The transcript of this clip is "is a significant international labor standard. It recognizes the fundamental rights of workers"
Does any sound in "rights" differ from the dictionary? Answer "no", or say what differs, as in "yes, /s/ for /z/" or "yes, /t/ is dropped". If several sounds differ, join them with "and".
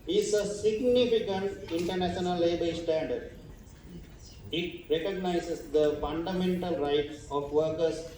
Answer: yes, /s/ is dropped